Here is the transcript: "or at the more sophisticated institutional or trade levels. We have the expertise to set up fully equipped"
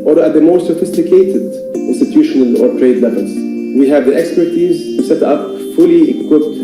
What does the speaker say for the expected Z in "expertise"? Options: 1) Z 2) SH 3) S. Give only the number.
1